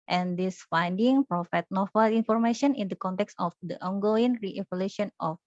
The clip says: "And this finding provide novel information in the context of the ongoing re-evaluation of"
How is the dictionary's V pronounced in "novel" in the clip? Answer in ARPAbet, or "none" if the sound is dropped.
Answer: F